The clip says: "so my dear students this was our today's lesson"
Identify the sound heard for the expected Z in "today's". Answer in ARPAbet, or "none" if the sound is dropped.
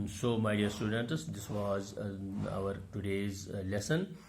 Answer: Z